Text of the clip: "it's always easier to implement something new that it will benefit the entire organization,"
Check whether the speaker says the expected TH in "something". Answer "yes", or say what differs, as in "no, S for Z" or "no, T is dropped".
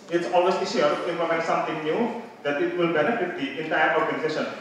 no, T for TH